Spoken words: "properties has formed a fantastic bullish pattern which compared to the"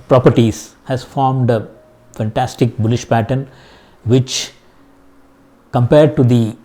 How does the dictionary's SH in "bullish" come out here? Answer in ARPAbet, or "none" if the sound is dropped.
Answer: SH